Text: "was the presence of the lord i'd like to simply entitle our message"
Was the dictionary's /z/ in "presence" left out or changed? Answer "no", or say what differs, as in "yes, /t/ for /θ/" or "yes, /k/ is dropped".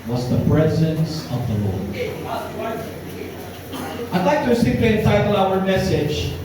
no